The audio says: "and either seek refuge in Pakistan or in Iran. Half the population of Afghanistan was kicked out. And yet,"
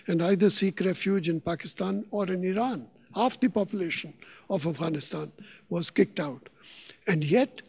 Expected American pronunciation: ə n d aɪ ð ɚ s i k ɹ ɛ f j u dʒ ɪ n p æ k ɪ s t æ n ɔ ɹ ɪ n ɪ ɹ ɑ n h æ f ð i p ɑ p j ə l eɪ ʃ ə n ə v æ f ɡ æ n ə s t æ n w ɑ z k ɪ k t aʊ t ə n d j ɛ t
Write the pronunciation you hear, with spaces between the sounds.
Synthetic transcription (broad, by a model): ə n d aɪ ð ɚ s i k ɹ ɛ f j u dʒ ɪ n p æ k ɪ s t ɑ n ɔ ɹ ɪ n ɪ ɹ ɑ n h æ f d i p ɑ p j ə l eɪ ʃ ə n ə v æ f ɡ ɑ n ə s t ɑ n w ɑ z k ɪ k t aʊ t ə n d j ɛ t